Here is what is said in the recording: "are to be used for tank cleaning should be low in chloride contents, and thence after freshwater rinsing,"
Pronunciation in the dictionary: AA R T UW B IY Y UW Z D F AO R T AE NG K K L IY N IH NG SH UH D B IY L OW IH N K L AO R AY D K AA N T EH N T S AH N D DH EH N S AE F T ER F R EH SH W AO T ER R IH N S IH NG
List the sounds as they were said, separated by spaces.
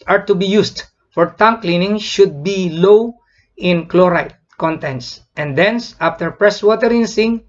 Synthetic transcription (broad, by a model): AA R T UW B IY Y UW S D F AO R T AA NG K K L IY N IH NG SH UH D B IY L OW IH N K L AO R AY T K AA N T EH N T S AH N D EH N S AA F T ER P R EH S W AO T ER R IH N S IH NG